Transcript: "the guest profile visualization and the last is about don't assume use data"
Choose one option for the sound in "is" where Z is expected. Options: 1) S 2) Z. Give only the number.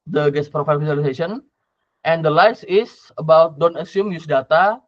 1